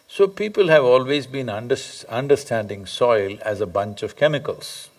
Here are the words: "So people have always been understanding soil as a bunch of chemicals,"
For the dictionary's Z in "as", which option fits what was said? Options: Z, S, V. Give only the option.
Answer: Z